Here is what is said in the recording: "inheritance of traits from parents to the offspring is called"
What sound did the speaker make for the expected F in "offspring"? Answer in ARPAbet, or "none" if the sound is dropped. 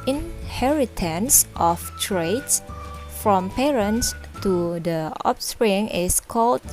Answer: P